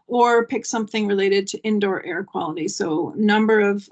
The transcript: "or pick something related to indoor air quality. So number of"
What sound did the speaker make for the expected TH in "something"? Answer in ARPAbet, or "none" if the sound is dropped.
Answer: TH